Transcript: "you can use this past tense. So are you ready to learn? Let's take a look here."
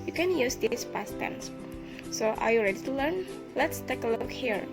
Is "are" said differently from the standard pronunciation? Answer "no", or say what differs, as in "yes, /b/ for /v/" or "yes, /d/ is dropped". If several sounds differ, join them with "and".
no